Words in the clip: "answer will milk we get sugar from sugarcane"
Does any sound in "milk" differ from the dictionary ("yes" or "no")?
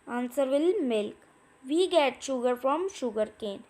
no